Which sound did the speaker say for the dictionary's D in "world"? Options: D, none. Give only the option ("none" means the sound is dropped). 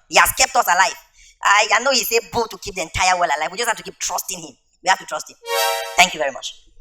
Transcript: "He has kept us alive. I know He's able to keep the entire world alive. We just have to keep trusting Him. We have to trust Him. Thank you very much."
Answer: none